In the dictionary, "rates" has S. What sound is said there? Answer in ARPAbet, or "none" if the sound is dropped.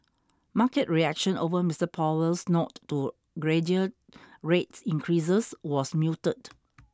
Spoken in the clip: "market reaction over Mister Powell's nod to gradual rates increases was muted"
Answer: S